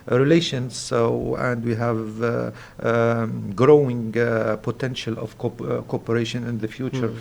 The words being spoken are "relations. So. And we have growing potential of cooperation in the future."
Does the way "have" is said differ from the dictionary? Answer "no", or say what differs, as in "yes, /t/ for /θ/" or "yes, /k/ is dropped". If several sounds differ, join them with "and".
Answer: no